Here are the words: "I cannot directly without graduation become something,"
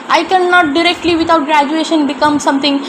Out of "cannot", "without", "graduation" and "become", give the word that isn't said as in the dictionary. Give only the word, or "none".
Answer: without